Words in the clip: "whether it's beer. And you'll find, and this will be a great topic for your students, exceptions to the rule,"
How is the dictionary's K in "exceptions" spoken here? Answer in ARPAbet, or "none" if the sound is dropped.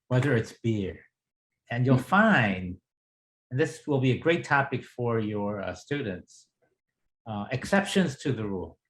K